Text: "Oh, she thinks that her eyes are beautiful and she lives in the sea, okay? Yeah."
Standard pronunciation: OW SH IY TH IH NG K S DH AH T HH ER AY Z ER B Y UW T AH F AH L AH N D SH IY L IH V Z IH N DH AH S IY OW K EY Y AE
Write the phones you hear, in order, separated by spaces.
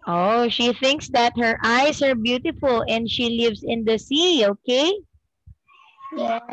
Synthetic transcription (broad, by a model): OW SH IY TH IH NG K S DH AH T HH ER AY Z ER B Y UW T AH F AH L AH N D SH IY L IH V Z IH N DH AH S IY OW K EY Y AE